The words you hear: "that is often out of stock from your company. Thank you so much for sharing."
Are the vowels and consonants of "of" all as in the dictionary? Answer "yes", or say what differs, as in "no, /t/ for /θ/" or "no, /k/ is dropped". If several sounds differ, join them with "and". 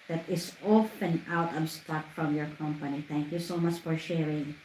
no, /b/ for /v/